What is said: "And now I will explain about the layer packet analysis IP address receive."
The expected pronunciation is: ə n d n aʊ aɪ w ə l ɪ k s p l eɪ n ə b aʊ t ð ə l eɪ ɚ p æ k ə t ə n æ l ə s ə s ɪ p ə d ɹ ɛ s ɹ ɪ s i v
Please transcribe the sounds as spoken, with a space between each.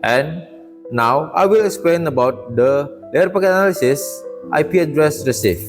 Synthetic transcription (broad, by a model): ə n n aʊ aɪ w ə l ɪ k s p l eɪ n ə b aʊ t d ə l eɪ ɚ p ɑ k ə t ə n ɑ l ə s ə s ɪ p ə d ɹ ɛ s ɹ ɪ s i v